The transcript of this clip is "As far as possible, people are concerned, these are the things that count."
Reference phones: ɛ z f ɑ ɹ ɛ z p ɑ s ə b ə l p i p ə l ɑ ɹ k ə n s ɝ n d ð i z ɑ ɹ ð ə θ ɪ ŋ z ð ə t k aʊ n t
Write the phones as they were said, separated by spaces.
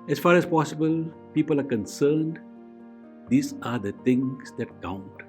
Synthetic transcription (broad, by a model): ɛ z f ɑ ɹ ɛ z p ɑ s ə b ə l p i p ə l ɑ ɹ k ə n s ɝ n d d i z ɑ ɹ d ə t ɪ ŋ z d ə t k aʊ n t